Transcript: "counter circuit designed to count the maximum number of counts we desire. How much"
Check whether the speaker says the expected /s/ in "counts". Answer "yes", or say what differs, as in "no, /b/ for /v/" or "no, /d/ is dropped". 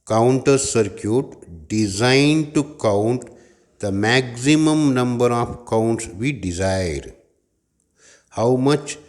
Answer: yes